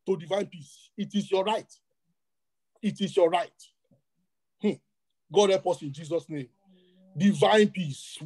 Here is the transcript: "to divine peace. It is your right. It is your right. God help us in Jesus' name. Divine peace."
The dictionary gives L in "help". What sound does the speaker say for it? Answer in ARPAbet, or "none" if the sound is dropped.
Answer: none